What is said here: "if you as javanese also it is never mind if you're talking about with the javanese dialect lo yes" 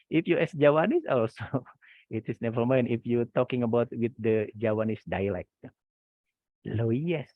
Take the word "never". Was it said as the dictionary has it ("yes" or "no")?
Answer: no